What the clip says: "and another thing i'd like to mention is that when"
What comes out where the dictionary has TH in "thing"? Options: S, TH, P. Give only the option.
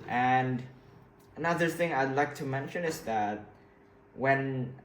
TH